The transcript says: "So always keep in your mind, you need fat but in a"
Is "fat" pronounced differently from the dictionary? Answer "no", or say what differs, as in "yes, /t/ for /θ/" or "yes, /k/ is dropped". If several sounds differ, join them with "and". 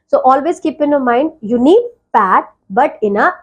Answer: yes, /p/ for /f/